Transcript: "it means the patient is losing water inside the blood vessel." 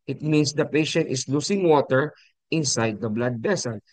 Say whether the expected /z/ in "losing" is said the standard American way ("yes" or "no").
no